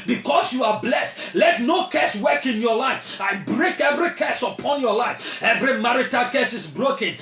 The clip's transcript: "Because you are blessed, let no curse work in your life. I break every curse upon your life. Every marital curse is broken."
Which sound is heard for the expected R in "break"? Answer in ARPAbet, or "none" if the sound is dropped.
R